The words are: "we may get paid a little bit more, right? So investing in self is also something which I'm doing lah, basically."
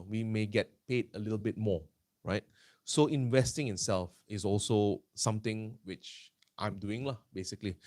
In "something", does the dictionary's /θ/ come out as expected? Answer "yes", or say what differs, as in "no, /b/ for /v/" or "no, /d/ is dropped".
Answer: no, /t/ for /θ/